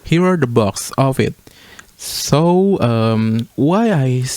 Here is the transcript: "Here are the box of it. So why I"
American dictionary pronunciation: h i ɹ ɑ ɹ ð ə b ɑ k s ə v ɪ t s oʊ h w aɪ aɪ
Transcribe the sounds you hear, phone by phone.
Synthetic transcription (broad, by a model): h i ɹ ɑ ɹ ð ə b ɑ k s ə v ɪ t s oʊ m w aɪ aɪ